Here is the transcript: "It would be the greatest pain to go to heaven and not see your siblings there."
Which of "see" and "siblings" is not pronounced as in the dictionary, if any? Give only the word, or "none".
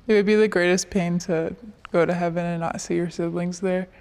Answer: none